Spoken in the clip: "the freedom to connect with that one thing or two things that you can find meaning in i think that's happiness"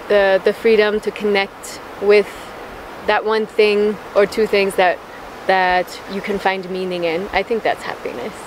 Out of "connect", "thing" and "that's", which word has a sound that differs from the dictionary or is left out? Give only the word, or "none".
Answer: none